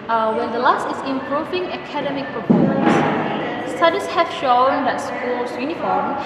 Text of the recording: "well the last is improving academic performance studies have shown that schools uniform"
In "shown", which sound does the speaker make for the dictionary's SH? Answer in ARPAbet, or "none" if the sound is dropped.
SH